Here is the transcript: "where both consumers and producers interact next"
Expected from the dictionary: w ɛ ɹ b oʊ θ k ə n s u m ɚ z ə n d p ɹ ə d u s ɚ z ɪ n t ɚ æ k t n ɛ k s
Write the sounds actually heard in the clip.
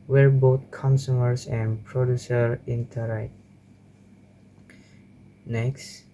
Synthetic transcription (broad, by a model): w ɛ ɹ b oʊ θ k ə n s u m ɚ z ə n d p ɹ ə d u s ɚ ɪ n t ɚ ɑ t n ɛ k s